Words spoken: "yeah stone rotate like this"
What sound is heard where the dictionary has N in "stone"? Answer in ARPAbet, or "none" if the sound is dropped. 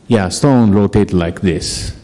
N